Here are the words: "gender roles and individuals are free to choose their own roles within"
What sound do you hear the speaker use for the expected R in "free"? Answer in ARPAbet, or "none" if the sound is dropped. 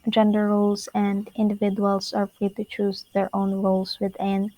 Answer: R